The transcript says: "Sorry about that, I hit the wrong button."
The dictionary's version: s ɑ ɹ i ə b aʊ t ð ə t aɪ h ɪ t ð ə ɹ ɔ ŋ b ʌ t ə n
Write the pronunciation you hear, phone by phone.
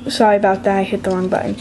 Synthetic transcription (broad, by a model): s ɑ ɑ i ə b aʊ t ð ə t aɪ h ɪ t ð ə l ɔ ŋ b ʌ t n